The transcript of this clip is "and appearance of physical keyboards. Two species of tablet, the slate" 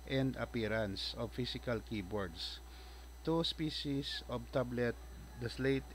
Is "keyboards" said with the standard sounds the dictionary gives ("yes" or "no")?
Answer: no